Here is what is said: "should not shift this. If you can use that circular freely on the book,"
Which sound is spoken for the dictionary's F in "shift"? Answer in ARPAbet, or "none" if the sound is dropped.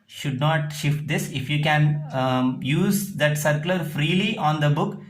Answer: F